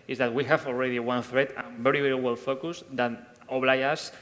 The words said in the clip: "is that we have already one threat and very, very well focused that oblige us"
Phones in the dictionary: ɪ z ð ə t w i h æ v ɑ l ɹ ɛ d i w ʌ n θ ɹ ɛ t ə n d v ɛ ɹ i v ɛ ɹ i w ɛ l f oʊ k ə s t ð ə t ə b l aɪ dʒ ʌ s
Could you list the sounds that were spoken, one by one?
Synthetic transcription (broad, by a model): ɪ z ð ə t w i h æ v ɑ l ɹ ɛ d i w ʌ n θ ɹ ɛ t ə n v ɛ ɹ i v ɛ ɹ i w ɛ l f oʊ k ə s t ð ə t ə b l aɪ ʌ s